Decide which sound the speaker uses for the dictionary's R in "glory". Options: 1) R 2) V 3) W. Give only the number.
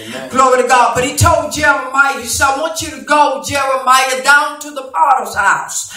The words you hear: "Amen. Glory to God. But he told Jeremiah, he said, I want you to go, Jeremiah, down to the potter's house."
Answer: 1